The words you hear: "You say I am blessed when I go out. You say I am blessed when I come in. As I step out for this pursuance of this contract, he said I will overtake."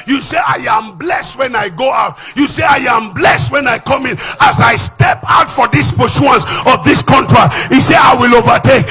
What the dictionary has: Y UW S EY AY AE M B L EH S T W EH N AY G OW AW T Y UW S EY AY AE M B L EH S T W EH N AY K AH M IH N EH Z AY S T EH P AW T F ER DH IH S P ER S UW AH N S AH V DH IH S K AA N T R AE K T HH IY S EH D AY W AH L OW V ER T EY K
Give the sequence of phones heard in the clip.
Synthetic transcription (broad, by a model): Y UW S EY AY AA M B L EH S T W EH N AY G OW AW T Y UW S EY AY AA M B L EH S T W EH N AY K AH M IH N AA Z AY S T EH P AW T F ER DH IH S P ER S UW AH N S AH V DH IH S K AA N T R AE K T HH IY S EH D AY W AH L OW V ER T EY K